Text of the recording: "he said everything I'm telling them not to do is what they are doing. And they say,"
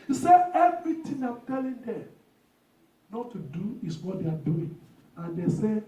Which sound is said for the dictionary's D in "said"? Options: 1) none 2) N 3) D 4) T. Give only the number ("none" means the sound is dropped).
1